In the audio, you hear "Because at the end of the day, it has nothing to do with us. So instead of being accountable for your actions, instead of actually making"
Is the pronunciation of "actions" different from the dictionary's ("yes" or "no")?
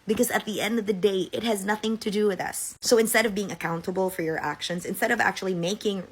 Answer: no